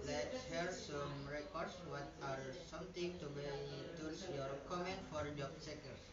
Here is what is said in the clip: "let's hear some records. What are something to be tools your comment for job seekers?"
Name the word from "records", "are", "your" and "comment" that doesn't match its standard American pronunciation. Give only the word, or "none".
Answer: records